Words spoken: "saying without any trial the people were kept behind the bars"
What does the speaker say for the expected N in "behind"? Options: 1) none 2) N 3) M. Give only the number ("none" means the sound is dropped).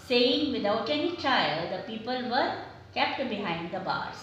2